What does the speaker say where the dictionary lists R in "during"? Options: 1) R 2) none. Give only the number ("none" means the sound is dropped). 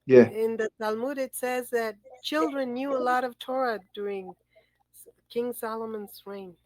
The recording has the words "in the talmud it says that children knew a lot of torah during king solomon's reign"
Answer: 1